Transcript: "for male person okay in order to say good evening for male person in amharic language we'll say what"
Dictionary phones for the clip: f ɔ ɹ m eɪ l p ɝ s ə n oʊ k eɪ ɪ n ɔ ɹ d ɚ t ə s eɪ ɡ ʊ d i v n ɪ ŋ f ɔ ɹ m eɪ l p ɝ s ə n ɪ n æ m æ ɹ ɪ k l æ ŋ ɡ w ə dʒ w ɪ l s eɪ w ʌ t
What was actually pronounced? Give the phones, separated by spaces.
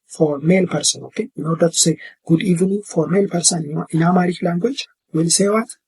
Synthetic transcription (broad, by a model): f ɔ ɹ m eɪ l p ɝ s ə n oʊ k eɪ ɪ n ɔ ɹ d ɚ t ə s eɪ ɡ ʊ d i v ɪ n f ɔ ɹ m eɪ l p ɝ s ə n ɪ n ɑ m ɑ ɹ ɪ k l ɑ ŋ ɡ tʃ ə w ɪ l s eɪ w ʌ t